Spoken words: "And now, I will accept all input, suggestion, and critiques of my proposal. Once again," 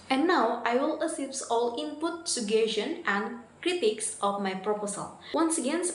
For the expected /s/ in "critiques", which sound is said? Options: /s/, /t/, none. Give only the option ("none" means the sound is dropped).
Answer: /s/